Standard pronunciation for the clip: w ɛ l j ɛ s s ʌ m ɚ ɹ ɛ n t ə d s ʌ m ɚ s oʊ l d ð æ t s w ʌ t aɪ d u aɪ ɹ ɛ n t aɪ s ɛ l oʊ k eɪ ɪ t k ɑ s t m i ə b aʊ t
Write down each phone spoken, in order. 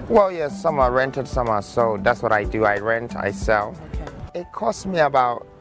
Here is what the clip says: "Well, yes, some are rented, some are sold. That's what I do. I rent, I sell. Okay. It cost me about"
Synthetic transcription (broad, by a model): w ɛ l j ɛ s s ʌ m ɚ ɹ ɛ n t ə d s ʌ m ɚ s oʊ d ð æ t s w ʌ t aɪ d u aɪ ɹ ɛ n t aɪ s ɛ l ɪ t k ɑ s t m i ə b aʊ t